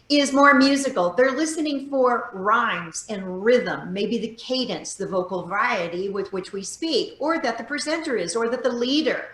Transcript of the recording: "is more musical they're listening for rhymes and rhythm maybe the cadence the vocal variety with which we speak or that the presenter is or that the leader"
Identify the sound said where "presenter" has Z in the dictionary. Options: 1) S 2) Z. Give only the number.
2